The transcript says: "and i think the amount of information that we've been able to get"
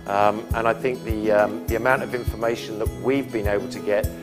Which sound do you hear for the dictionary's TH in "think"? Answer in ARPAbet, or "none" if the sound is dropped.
TH